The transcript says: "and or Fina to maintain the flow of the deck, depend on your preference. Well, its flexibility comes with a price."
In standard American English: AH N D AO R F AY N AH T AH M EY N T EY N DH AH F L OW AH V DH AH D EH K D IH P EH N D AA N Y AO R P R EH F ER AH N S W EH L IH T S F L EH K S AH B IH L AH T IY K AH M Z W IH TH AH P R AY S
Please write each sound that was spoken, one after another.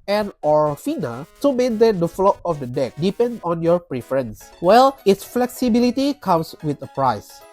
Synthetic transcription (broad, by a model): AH N AO R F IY N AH S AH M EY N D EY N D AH F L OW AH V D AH D EH K D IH P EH N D AA N Y AO R P R EH F ER AH N S W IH L IH T S F L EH K S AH B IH L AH T IY K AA M S W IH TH AH P R AY S